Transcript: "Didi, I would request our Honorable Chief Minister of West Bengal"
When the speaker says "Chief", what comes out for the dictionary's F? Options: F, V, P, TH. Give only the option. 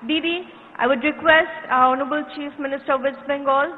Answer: F